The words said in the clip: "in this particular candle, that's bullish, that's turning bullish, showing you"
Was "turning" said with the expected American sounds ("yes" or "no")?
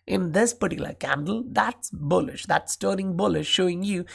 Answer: no